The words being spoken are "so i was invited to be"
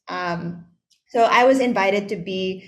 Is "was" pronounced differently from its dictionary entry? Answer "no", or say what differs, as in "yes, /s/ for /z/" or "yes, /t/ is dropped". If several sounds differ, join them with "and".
no